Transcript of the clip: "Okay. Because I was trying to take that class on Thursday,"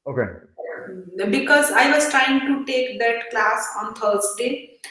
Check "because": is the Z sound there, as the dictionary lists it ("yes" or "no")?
yes